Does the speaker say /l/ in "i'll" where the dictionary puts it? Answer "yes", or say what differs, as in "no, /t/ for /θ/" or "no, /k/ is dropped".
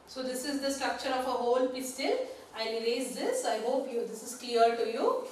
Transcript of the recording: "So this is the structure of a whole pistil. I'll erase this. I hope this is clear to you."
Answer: no, /n/ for /l/